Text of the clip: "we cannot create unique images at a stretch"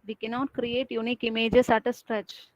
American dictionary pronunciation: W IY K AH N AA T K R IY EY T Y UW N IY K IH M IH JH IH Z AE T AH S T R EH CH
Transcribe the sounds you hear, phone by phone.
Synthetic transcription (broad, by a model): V IY K AH N AA T K R IY EY T Y UW N IY K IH M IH JH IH S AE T AH S T R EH CH